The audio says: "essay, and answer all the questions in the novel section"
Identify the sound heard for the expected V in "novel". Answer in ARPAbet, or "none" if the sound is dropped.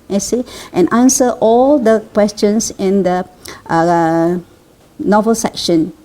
V